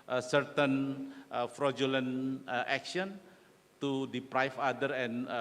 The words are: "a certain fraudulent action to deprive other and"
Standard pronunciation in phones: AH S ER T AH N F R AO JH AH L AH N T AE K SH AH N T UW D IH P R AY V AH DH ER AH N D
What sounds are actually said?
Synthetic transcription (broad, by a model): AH S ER T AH N F R AO JH AH L AH N T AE K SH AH N T UW D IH P R AY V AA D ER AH N